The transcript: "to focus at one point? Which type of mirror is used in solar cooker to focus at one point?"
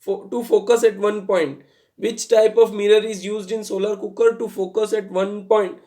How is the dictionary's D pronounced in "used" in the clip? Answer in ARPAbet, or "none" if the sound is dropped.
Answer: D